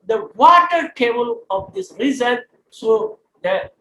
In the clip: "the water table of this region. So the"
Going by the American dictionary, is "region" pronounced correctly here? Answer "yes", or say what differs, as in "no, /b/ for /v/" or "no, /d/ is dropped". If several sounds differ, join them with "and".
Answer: no, /z/ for /dʒ/